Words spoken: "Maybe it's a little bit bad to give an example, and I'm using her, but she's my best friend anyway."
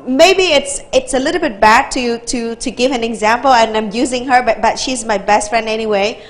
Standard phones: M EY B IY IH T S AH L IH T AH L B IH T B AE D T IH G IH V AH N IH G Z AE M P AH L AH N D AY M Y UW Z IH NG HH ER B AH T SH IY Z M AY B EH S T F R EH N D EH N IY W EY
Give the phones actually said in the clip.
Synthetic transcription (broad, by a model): M EY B IY IH T S AH L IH T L B IH T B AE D T IH G IH V AH N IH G Z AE M P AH L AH N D AY M Y UW Z IH NG HH ER B AH T SH IY Z M AY B EH S T F R EH N D EH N IY W EY